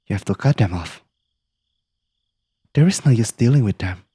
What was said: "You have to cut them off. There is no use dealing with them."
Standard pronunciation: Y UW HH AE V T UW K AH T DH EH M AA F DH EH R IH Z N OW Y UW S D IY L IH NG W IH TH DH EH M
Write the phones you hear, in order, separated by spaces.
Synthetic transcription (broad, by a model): Y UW HH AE F T UW K AH T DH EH M AA F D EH R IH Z N OW Y UW S D IY L IH NG W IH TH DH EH M